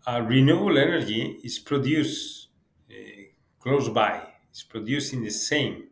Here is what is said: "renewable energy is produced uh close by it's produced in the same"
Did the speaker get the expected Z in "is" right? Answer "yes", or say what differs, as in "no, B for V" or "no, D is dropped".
no, S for Z